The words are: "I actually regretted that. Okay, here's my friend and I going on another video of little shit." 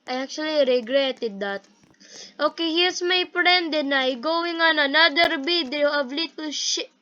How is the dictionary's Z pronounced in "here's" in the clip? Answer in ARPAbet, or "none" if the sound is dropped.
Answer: S